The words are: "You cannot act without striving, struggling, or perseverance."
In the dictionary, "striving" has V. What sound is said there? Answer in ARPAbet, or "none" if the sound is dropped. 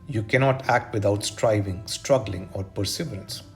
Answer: V